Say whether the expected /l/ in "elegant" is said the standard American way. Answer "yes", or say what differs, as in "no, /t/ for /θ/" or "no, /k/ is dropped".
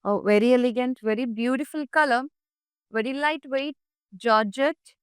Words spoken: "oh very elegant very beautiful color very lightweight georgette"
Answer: yes